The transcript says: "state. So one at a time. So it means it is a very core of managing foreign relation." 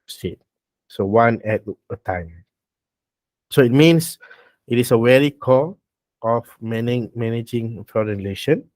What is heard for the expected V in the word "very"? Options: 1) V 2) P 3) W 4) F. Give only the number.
3